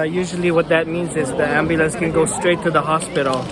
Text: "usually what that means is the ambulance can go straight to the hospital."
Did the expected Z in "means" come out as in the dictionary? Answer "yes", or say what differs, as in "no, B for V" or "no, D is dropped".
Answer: yes